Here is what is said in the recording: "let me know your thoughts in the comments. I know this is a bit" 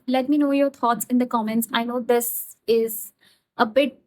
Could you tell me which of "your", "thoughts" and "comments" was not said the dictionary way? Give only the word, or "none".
thoughts